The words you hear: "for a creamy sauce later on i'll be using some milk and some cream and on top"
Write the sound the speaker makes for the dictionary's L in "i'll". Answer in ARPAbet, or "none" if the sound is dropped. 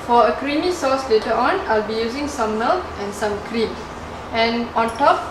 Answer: L